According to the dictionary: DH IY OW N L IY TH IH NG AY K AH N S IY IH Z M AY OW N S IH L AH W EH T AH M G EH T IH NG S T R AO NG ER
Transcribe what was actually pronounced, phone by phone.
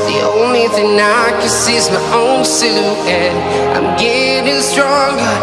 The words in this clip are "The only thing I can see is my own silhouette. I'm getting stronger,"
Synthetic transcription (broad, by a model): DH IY OW N L IY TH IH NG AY K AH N S IY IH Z M AY OW N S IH AH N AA AH M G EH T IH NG S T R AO NG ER